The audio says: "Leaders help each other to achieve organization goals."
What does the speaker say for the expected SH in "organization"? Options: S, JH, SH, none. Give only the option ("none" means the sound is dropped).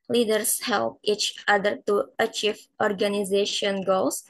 SH